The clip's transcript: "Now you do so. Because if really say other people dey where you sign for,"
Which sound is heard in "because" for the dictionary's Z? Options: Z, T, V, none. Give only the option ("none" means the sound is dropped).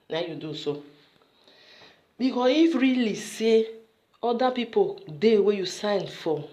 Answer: none